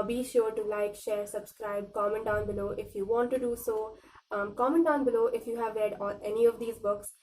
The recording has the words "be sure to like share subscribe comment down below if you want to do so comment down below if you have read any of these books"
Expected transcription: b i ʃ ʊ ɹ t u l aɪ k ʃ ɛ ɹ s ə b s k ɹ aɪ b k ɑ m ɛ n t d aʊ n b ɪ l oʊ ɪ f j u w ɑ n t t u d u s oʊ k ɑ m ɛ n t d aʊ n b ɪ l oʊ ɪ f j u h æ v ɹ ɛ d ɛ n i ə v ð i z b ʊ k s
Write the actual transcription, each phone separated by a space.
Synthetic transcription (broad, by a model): b i ʃ ʊ ɹ t u l aɪ k ʃ ɛ ɹ s ə b s k ɹ aɪ b k ɑ m ɛ n t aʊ n b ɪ l oʊ ɪ f j u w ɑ n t t u d u s oʊ k ɑ m ɛ n t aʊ n b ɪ l oʊ ɪ f j u h æ v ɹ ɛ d ɛ n i ə v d i z b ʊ k s